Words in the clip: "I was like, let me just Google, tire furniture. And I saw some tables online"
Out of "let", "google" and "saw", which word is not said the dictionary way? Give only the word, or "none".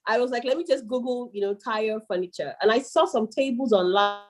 google